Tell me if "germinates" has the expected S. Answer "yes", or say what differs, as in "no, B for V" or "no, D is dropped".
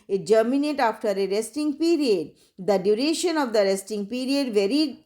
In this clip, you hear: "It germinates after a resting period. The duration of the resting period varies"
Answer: no, S is dropped